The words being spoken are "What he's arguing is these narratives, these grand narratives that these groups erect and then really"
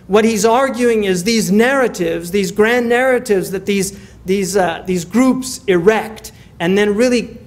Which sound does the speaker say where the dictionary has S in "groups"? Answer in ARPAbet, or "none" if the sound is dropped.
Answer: S